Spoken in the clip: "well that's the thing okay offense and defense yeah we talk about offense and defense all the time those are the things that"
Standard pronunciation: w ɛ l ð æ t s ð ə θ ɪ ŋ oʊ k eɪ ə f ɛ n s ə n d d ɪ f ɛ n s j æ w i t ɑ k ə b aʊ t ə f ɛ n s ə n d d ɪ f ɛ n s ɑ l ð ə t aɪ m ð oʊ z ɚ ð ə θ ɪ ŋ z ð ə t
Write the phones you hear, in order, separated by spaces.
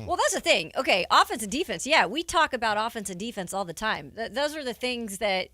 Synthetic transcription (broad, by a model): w ɛ l ð æ t s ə θ ɪ ŋ oʊ k eɪ ə f ɛ n s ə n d d ɪ f ɛ n s j æ w i t ɑ k ə b aʊ t ə f ɛ n s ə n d d ɪ f ɛ n s ɑ l ð ə t aɪ m ð oʊ z ɚ ð ə θ ɪ ŋ z ð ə t